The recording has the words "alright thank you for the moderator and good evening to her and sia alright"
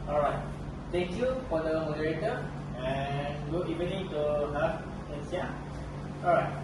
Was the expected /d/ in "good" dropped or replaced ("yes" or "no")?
yes